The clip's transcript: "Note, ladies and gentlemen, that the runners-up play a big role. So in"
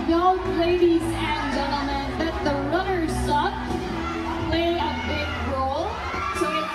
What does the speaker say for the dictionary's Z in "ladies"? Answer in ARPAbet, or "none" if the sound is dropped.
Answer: Z